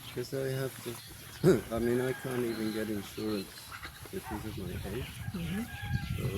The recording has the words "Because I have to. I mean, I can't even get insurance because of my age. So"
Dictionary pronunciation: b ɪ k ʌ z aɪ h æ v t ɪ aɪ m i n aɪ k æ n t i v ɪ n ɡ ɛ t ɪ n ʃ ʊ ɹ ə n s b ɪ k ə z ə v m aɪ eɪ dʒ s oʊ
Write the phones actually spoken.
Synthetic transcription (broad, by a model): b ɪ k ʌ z aɪ h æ f t ɪ aɪ m i n aɪ k æ n t i v ɪ n ɡ ɛ t ɪ n ʃ ʊ ɹ ə n s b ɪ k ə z ə v m aɪ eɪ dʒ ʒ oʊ